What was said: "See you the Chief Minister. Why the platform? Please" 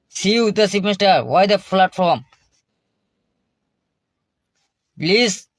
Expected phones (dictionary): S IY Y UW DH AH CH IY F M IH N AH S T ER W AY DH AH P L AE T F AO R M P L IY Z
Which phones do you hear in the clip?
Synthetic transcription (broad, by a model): S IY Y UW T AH S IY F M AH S T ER W AY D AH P L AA T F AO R M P L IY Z